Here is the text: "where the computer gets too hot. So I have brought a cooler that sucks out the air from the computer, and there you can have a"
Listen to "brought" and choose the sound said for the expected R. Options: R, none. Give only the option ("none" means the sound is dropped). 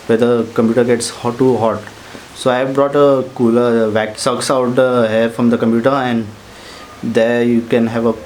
R